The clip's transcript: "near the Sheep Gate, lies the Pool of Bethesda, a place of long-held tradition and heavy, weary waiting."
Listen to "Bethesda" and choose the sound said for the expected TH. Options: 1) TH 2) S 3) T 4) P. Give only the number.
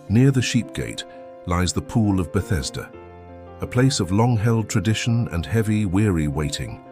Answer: 1